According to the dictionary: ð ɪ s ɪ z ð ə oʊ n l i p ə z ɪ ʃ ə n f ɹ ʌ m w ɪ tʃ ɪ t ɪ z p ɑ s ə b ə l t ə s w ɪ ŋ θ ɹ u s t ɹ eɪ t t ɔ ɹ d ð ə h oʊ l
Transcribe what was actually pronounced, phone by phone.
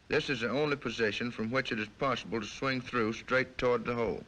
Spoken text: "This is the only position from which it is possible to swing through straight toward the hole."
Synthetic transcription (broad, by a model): ð ɪ s ɪ z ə oʊ n l i p ə z ɪ ʃ ə n f ɹ ʌ m w ɪ tʃ ɪ t ɪ z p ɑ s ə b ə l t ə s w ɪ ŋ θ ɹ u s t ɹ eɪ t t ɔ ɹ d ð ə h oʊ l